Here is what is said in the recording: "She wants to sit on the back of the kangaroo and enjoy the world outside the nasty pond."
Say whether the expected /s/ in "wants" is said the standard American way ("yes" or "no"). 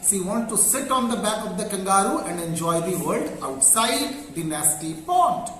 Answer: no